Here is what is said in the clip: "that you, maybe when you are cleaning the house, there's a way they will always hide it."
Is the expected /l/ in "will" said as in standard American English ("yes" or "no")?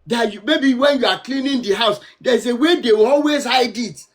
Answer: no